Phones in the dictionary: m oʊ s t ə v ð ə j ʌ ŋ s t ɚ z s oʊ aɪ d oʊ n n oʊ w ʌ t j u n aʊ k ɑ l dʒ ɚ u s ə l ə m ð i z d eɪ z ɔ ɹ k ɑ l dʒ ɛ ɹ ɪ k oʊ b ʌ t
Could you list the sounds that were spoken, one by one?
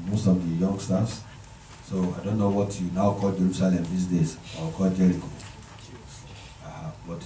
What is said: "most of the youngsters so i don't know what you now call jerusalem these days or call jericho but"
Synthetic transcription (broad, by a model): m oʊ s t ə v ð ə j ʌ ŋ s t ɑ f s oʊ aɪ d oʊ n n oʊ w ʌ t j u n aʊ k ɑ l dʒ ɚ u s ə l ə m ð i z d eɪ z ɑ w k ɑ l dʒ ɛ ɹ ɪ k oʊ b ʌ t